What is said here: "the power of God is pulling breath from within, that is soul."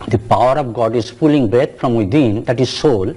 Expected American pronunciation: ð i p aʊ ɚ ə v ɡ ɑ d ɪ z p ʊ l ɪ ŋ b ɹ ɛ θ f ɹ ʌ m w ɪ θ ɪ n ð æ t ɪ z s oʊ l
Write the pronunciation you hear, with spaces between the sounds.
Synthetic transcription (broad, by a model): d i p aʊ ɚ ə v ɡ ɑ d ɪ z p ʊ l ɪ ŋ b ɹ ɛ t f ɹ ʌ m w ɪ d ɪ n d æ t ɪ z s oʊ l